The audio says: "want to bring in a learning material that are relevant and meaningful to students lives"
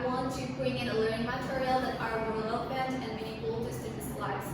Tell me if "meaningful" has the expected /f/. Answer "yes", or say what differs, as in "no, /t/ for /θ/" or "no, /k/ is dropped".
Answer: no, /f/ is dropped